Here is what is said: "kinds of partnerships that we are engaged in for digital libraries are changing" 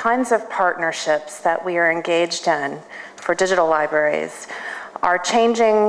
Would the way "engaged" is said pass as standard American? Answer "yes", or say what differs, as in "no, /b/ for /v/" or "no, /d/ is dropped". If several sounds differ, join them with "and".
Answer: yes